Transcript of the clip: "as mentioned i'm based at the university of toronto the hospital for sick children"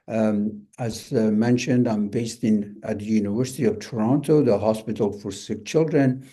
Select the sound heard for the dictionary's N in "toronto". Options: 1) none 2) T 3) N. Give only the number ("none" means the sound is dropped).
3